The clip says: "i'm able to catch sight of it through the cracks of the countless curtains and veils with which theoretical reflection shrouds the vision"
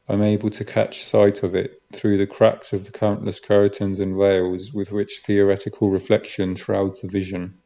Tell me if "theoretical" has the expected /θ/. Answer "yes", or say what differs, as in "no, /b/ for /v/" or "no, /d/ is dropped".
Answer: yes